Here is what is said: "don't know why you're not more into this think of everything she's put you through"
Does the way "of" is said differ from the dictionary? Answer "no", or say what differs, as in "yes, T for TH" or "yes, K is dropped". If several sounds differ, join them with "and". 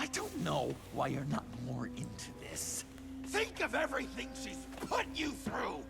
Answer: no